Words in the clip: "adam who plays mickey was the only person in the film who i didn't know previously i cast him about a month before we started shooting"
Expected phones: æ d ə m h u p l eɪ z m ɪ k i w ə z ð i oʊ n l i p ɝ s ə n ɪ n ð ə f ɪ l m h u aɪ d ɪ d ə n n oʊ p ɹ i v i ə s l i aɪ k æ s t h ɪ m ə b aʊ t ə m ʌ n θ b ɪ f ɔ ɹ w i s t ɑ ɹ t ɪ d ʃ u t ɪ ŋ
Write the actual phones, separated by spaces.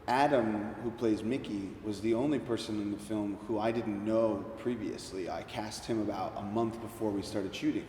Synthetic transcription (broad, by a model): æ d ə m h u p l eɪ z m ɪ k i w ə z ð i oʊ n l i p ɝ s ə n ɪ n ð ə f ɪ l m h u aɪ d ɪ d n n oʊ p ɹ i v i ə s l i aɪ k æ s t h ɪ m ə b aʊ t ə m ʌ n θ b ɪ f ɔ ɹ w i s t ɑ ɹ t ɪ d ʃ u t ɪ ŋ